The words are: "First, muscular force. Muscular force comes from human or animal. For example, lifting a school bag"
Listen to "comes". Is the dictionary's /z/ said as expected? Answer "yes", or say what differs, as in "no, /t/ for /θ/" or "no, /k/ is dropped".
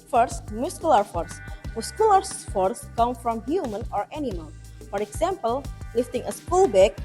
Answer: no, /z/ is dropped